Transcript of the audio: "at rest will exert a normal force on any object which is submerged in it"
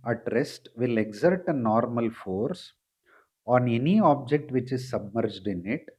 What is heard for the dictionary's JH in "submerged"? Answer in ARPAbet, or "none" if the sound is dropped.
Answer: JH